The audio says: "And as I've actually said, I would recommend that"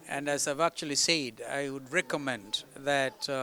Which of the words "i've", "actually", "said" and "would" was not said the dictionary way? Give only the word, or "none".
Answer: none